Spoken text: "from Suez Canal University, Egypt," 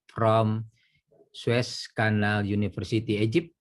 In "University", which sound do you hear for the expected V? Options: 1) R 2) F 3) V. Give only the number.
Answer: 2